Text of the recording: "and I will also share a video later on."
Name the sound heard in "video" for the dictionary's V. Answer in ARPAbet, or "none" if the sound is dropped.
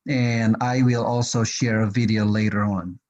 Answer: V